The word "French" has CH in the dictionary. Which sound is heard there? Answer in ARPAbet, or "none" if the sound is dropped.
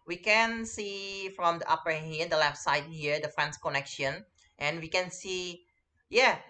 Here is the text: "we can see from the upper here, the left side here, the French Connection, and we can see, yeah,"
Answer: S